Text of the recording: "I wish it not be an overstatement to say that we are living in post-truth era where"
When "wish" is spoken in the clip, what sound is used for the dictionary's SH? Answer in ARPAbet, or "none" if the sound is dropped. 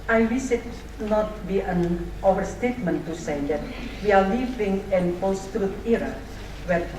S